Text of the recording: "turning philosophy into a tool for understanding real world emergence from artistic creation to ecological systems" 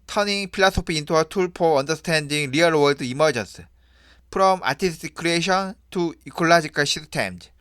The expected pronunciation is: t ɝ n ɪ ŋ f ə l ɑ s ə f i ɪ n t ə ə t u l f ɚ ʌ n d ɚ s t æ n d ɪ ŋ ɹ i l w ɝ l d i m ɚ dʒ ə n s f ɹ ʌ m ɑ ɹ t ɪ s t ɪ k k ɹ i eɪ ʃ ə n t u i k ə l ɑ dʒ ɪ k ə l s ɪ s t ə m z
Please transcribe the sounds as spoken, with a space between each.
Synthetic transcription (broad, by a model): t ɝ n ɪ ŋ p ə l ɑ s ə p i ɪ n t ə ə t u l p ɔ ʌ n d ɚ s t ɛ n d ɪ ŋ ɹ i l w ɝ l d i m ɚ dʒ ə n s p ɹ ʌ m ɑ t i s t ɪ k k ɹ i eɪ ʃ ə n t u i k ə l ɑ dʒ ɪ k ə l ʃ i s t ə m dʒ